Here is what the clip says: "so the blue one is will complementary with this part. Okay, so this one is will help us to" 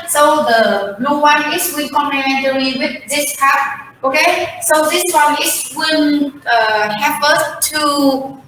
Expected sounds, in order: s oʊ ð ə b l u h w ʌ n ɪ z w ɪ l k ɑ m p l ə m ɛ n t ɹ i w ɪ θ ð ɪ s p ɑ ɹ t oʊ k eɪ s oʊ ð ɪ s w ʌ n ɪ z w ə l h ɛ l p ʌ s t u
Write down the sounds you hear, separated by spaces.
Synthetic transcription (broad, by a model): s oʊ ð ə b l u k w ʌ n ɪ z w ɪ n k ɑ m p l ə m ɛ n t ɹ i w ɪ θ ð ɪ s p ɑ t oʊ k eɪ s oʊ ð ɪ s w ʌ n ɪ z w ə n h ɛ p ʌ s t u